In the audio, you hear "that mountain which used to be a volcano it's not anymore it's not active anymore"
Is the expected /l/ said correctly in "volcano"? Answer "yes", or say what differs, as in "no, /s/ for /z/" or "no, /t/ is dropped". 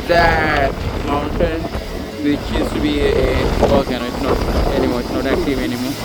no, /l/ is dropped